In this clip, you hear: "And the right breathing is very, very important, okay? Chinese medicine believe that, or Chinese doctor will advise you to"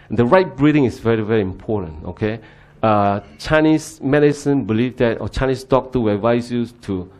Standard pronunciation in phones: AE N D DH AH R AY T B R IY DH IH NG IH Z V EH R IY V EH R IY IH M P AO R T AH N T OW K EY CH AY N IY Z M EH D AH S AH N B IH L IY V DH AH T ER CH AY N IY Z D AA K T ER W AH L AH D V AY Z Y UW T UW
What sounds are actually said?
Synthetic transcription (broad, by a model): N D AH R AY T B R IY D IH NG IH S V EH R IY V EH R IY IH M P AO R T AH N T OW K EY CH AY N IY S M EH D AH S AH N B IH L IY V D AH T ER CH AY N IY S D AA K T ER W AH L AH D V AY S Y UW T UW